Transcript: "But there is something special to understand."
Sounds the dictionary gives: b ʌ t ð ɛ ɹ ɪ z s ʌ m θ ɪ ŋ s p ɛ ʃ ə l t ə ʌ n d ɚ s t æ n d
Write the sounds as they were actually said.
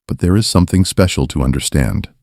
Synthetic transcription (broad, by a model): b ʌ t ð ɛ ɹ ɪ z s ʌ m θ ɪ ŋ s p ɛ ʃ l t ə ʌ n d ɚ s t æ n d